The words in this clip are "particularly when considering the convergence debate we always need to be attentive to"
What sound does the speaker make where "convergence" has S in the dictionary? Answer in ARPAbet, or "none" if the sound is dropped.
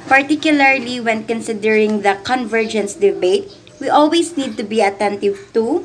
S